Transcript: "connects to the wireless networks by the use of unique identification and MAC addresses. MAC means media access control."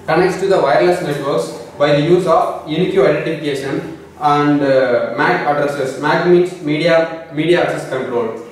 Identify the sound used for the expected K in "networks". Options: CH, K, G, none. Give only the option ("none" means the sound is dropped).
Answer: none